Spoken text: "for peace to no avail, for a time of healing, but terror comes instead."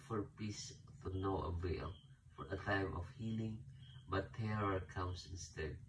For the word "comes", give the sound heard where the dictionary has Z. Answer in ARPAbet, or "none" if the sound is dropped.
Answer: S